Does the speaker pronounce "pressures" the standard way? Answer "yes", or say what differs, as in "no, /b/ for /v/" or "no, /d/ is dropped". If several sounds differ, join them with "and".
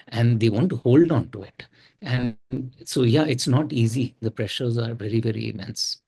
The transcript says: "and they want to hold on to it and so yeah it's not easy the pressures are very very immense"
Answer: yes